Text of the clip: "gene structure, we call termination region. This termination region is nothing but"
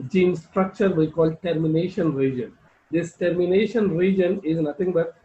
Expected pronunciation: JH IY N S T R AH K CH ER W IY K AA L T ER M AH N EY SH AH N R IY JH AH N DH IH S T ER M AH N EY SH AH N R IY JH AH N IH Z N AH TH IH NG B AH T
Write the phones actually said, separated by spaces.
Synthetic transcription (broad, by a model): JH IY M S T R AH K CH ER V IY K AA L T ER M AH N EY SH AH N R IY JH AH N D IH S T ER M AH N EY SH AH N R IY JH AH N IH Z N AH T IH NG B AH T